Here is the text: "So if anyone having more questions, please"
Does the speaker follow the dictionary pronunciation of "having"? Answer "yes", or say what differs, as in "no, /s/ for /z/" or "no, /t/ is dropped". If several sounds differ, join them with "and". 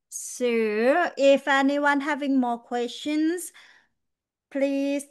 yes